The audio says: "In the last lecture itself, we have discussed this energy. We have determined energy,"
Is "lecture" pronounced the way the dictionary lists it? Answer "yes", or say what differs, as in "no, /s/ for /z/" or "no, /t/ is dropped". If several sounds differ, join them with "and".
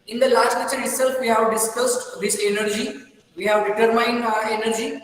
no, /k/ is dropped